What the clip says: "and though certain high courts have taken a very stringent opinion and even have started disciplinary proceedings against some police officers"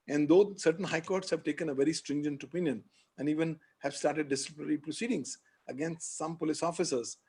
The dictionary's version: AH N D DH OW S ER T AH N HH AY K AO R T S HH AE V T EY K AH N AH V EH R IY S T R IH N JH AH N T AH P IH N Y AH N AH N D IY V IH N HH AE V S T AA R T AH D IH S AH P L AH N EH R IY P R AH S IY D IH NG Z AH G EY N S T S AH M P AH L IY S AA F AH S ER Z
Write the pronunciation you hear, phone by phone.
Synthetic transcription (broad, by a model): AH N D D OW S ER T AH N HH AY K AO R T S HH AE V T EY K AH N AH V EH R IY S T R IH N JH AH N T AH P IH N Y AH N AH N D IY V IH N HH AE V S T AA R T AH D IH S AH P N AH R IY P R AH S IY D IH NG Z AH G EY N S T S AH M P AH L IY S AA F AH S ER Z